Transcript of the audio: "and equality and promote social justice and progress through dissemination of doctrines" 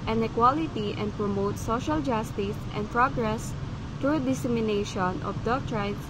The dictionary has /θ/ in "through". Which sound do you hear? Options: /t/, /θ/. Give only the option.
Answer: /t/